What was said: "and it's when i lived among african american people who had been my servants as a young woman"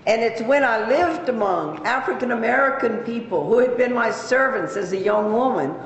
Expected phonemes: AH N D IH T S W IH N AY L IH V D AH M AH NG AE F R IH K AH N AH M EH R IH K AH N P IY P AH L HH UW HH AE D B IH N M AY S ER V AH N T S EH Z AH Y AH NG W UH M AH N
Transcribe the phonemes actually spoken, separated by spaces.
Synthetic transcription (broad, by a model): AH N IH T S W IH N AY L IH V D AH M AH NG AE F R IH K AH N AH M EH R IH K AH N P IY P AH L HH UW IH D B IH N M AY S ER V AH N T S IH Z AH Y AH NG W UH M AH N